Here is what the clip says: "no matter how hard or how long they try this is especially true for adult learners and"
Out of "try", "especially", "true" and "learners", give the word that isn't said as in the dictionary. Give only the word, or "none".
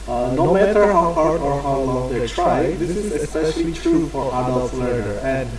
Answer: learners